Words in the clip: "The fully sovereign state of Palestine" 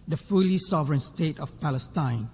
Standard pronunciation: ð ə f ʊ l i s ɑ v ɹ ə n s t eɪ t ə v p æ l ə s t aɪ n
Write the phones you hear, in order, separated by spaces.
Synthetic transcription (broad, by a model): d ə f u l i s ɑ v ɹ ə n s t eɪ t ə f p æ l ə s t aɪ n